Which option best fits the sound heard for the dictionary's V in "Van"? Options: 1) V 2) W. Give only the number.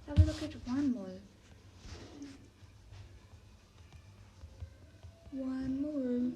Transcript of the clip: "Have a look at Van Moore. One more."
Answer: 2